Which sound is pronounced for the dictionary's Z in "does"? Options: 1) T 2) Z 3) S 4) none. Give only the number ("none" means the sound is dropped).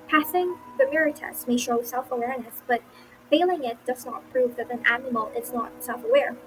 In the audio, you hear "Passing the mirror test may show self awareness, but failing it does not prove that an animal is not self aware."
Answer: 2